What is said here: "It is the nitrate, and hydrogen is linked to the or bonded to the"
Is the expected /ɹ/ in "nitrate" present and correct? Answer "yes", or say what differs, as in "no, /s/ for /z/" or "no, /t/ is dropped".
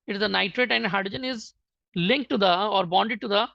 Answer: yes